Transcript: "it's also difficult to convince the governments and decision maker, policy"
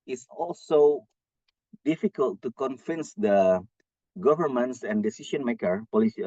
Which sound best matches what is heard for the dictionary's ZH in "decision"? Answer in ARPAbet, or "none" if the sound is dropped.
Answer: SH